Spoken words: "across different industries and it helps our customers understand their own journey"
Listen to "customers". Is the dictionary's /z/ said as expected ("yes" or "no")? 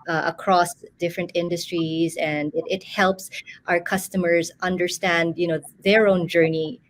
yes